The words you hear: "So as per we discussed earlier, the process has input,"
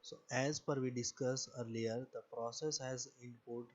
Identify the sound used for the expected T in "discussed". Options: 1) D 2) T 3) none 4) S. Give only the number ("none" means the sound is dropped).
3